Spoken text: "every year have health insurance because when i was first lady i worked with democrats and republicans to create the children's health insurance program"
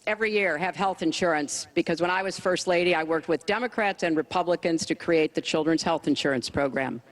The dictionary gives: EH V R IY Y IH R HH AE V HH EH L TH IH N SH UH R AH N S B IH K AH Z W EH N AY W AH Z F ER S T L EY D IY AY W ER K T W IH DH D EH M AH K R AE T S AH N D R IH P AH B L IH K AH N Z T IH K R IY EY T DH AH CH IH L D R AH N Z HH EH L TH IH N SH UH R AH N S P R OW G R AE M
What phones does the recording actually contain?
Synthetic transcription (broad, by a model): EH V R IY Y IH R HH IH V HH EH L TH IH N SH UH R AH N S B IH K AH Z W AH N AY W AH Z F ER S T L EY D IY AY W ER K T W IH DH D EH M AH K R AE T S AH N R IH P AH B L IH K AH N Z T IH K R IY EY T DH AH CH IH L D R AH N Z HH EH L TH IH N SH UH R AH N S P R OW G R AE M